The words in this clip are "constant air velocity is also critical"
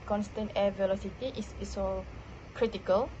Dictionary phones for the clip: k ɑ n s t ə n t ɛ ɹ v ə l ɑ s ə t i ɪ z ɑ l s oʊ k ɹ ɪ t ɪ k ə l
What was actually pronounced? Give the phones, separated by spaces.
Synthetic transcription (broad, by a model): k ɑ n s t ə n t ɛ v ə l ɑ s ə t i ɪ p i s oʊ k ɹ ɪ t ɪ k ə l